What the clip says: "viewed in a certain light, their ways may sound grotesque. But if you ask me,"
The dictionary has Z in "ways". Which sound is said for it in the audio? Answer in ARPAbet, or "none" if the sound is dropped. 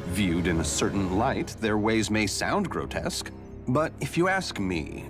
Z